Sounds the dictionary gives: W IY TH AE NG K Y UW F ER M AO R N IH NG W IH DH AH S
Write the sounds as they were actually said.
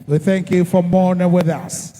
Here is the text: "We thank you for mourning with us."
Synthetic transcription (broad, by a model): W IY TH AE NG K Y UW F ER M AO R N IH NG W IH DH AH S